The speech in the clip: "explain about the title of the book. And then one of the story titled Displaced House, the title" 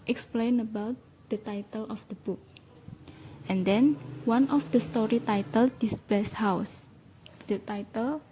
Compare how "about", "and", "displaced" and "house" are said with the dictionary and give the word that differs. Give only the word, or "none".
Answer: displaced